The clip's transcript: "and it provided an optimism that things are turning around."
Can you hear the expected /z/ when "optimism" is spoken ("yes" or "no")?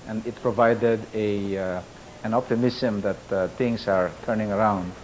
no